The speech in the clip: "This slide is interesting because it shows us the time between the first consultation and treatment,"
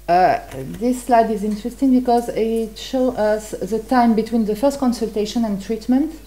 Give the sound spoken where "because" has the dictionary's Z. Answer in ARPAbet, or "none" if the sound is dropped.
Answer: Z